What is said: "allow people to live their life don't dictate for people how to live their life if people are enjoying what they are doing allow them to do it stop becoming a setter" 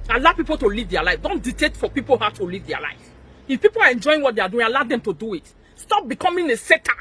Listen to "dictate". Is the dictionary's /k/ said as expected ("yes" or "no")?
no